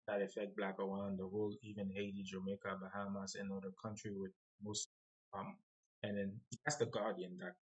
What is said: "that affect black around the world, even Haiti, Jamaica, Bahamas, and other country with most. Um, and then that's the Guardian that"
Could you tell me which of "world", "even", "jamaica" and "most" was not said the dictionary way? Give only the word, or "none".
world